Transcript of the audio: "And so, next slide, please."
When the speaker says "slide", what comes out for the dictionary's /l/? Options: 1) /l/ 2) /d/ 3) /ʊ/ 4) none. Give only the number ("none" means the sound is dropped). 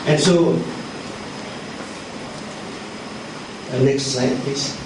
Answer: 4